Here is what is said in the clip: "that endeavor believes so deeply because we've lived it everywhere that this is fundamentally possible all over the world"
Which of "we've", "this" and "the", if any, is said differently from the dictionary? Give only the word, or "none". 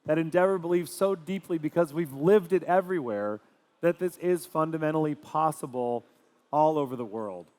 none